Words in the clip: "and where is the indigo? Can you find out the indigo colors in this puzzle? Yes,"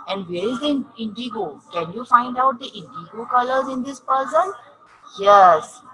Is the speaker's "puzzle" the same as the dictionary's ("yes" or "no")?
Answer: no